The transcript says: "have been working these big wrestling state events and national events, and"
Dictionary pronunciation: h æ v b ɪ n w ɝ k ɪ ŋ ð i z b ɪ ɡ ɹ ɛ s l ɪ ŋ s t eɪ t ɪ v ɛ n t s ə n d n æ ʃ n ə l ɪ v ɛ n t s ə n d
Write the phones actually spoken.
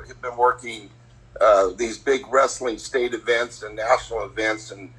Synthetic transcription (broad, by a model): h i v b ɪ n w ɝ k ɪ ŋ ð i z b ɪ ɡ ɹ ɛ s l ɪ ŋ s t eɪ t ɪ v ɛ n t s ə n n æ ʃ n l ɪ v ɛ n t s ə n